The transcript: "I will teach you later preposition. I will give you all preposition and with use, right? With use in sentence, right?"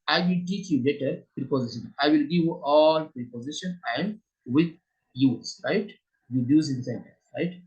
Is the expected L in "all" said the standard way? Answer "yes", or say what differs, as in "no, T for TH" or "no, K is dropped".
yes